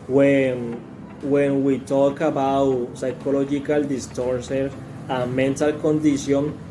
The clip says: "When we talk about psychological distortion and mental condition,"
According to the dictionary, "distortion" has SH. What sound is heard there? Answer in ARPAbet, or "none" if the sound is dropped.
S